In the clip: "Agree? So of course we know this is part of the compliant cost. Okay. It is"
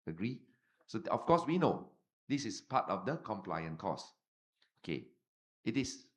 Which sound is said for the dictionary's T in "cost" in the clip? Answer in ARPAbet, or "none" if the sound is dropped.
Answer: none